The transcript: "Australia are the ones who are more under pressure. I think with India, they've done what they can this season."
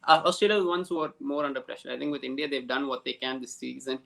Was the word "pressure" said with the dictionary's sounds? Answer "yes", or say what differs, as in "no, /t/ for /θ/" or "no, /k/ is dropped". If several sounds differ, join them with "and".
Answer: yes